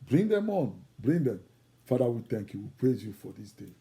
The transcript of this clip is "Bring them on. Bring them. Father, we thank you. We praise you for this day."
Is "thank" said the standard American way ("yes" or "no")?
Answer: no